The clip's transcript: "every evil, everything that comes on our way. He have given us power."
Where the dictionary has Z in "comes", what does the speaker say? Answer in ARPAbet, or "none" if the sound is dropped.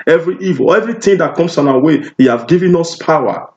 S